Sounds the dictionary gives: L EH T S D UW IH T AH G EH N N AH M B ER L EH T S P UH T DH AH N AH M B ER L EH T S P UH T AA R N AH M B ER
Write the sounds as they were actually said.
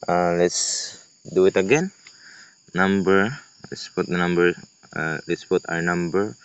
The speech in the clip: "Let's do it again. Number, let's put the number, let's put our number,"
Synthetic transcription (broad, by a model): L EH T S D UW IH T AH G EH N N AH M B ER L EH T S P UH T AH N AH M B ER L EH T S P UH T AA W N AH M B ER